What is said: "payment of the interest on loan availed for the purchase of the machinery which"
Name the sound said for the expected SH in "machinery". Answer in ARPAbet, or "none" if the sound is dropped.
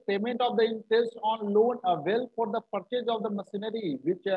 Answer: S